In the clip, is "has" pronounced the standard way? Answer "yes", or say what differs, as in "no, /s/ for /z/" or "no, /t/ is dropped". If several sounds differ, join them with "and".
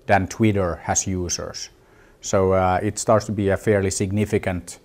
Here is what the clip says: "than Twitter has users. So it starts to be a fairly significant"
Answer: no, /s/ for /z/